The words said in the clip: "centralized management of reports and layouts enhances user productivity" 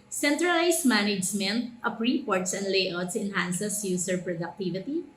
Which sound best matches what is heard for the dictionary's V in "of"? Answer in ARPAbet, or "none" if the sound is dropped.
P